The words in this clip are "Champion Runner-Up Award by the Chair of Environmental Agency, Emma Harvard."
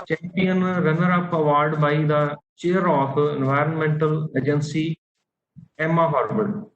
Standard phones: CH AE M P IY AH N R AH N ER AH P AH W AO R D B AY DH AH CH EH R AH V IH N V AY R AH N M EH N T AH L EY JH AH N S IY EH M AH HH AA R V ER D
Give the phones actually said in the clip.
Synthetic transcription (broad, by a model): CH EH M P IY AH N R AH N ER AH P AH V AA R D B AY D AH CH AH R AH F IH N V AY R AH N M EH N T AH L EY JH AH N S IY EH M AH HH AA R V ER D